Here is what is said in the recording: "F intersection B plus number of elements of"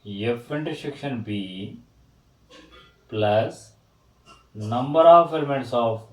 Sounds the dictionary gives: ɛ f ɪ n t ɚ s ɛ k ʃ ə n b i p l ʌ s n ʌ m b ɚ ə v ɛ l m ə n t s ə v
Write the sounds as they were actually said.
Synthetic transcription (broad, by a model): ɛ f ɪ n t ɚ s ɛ k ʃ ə n b i p l ʌ s n ʌ m b ɚ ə f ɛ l m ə t s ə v